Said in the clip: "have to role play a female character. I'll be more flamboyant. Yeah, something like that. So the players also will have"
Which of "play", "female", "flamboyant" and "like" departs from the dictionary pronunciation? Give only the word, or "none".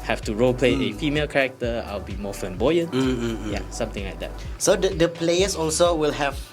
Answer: flamboyant